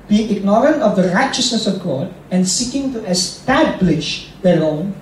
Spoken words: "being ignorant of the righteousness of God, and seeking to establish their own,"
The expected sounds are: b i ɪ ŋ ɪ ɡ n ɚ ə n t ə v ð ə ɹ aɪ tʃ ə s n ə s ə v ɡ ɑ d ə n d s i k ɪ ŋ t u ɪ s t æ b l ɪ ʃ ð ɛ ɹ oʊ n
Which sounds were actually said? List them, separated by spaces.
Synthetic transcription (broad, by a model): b i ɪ ŋ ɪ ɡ n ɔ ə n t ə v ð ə ɹ aɪ tʃ ə s n ə s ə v ɡ ɑ d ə n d s i k ɪ ŋ t u ɪ s t æ b l ɪ ʃ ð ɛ l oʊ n